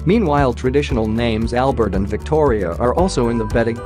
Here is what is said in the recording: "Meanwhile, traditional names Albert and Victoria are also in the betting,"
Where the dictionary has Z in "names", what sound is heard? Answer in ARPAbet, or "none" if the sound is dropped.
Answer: Z